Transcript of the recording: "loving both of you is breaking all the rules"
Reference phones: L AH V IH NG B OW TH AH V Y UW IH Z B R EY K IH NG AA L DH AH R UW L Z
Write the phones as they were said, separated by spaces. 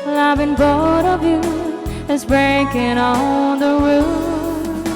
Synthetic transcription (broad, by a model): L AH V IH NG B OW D AH V Y UW IH Z B R EY K IH NG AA DH AH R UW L